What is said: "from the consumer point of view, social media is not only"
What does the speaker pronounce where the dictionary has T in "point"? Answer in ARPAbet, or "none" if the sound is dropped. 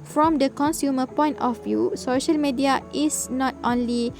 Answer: T